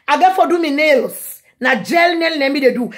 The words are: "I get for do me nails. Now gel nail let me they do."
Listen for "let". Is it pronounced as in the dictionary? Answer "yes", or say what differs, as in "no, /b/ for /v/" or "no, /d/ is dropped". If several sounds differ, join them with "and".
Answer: no, /n/ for /l/